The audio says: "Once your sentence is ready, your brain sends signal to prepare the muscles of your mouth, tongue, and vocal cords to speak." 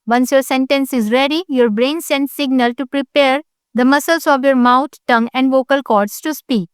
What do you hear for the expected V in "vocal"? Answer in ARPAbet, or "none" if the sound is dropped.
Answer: V